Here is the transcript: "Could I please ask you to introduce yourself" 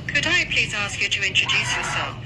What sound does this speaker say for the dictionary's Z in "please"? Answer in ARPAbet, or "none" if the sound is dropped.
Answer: Z